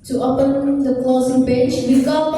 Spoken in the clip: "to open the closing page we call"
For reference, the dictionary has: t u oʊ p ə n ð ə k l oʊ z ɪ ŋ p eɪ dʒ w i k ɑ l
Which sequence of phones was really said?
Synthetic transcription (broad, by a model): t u oʊ p ə n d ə k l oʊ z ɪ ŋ b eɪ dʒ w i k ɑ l